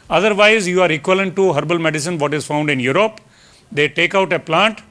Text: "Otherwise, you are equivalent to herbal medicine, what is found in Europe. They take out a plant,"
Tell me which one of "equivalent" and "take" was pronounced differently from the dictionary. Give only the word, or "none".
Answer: equivalent